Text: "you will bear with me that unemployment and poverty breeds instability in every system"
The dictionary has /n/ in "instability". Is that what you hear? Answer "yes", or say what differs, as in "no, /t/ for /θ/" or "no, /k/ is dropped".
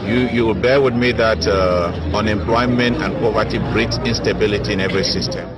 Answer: yes